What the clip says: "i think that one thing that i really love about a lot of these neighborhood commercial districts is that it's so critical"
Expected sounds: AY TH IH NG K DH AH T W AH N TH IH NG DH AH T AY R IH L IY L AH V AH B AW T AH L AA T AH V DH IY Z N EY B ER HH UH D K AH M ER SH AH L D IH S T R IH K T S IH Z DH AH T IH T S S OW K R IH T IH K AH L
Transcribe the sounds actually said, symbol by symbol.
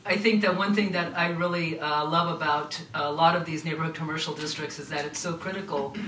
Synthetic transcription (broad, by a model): AY TH IH NG K DH AH T W AH N TH IH NG DH AH T AY R IH L IY L AH V AH B AW T AH L AA T AH V DH IY Z N EY B ER HH UH D K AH M ER SH L D IH S T R IH K T S IH Z DH AH T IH T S S OW K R IH T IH K L